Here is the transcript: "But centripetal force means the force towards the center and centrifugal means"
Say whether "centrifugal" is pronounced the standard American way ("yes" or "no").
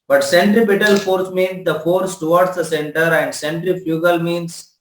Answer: yes